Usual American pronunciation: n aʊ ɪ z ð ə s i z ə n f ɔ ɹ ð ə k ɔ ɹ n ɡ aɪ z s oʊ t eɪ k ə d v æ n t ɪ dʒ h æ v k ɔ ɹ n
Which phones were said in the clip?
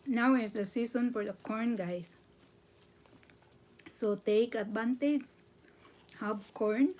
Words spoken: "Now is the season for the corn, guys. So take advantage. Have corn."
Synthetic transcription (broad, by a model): n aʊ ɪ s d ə s i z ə n f ɔ ɹ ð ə k ɔ ɹ n ɡ aɪ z s oʊ t eɪ k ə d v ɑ n t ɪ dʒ h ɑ b k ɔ ɹ n